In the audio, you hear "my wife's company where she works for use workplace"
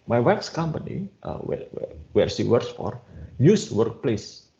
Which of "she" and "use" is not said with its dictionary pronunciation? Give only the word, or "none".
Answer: she